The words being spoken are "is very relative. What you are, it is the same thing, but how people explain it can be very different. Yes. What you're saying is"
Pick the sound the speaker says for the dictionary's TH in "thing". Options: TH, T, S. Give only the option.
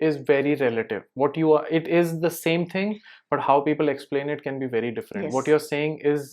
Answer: T